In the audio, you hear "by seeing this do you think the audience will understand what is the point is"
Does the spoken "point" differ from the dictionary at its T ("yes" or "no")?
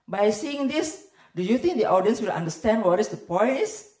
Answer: yes